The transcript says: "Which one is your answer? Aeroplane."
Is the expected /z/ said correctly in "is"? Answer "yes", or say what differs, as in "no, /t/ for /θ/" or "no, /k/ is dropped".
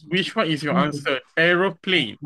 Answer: no, /s/ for /z/